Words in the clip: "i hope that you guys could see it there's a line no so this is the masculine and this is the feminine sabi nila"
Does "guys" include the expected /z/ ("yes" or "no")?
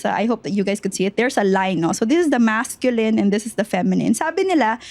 no